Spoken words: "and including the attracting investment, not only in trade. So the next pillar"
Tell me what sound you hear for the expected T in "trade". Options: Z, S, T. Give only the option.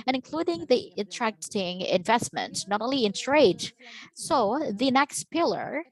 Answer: S